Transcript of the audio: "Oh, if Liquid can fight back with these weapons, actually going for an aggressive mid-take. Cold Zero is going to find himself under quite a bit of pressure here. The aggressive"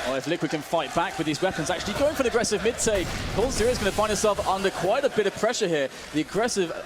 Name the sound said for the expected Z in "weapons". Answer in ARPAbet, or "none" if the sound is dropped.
Z